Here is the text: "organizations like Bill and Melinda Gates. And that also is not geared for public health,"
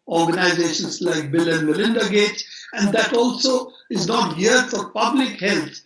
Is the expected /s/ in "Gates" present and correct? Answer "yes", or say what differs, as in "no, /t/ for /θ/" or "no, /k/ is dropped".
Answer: no, /s/ is dropped